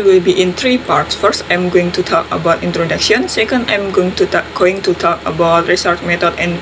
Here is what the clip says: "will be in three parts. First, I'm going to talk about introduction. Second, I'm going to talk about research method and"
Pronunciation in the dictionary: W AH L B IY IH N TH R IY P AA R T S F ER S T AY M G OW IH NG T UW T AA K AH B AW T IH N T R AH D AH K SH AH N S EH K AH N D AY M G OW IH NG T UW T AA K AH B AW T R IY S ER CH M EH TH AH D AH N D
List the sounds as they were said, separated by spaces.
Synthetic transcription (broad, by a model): W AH L B IY IH N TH R IY P AA R T S F ER S T AY M G OW IH NG T UW T AA K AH B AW T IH N T R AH D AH K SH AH N S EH K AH N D AY M G OW IH NG T UW T AA K AH B AW T R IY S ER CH M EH T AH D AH N